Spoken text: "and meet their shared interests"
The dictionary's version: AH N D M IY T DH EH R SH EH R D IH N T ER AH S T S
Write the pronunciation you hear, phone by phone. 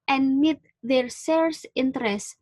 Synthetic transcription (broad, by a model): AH N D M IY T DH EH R S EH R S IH N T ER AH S S